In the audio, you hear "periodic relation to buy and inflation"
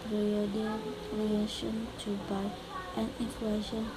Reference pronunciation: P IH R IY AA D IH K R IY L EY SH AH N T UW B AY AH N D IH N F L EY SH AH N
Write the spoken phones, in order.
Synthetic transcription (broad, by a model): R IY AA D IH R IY EY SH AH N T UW B AY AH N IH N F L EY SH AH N